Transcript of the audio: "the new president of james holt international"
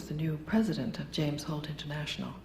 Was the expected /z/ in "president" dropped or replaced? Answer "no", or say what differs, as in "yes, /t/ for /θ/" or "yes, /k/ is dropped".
no